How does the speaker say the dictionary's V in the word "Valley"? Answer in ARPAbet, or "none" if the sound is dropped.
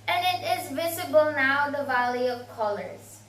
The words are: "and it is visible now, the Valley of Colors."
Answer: V